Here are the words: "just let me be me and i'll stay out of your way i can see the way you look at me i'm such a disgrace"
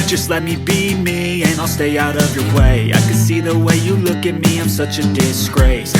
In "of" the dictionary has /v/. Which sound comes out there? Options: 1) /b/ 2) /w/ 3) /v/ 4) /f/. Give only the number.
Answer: 3